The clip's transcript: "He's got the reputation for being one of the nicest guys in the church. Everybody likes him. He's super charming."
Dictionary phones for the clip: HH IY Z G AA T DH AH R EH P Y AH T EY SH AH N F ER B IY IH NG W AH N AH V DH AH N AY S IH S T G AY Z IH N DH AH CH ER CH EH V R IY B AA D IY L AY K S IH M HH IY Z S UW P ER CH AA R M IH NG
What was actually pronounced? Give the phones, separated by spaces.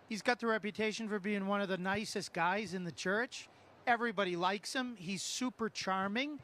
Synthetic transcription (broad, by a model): HH IY Z G AA T DH AH R EH P Y AH T EY SH AH N F ER B IY IH NG W AH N AH V DH AH N AY S IH S T G AY Z IH N DH AH CH ER CH EH V R IY B AA D IY L AY K S IH M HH IY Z S UW P ER CH AA R M IH NG